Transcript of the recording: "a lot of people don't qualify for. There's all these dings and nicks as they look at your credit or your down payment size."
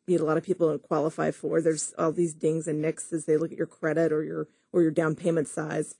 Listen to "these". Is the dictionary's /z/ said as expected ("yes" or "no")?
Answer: yes